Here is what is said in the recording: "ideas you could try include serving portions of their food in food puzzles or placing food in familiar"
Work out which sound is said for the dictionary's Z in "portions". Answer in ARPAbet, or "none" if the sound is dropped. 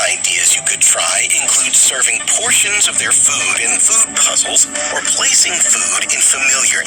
Z